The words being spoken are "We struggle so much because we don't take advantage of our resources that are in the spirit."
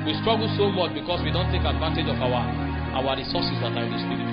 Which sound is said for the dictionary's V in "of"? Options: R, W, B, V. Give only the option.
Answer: W